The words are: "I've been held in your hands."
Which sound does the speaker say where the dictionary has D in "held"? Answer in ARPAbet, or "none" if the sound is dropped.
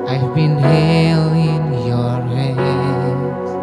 none